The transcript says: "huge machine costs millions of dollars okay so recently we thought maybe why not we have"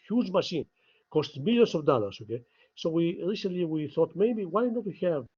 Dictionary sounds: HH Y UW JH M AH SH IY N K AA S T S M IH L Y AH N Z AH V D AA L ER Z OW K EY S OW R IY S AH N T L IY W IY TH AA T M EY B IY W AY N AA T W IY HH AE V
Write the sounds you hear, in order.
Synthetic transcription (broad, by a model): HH Y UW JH M AH SH IY N K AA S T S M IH L Y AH N S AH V D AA L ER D OW K EY S OW R IY S AH N T L IY W IY TH AA T M EY B IY W AY N AA T W IY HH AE V